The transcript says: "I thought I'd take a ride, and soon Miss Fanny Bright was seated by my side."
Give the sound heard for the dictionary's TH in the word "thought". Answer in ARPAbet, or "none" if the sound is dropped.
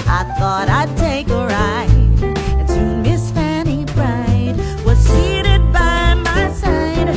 TH